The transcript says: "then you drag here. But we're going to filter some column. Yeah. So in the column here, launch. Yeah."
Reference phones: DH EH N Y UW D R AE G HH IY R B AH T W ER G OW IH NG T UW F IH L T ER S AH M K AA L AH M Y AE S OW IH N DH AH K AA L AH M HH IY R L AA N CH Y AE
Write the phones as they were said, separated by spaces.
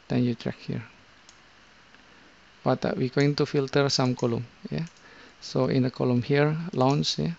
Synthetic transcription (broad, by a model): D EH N Y UW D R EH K HH IY R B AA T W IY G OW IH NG T UW F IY L T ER S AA M K AA L AH M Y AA S OW IH N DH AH K AA L AH M HH IY R L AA N S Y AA